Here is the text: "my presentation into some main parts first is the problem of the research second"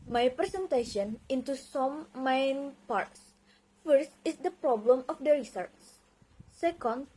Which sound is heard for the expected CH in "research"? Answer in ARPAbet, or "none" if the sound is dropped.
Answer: S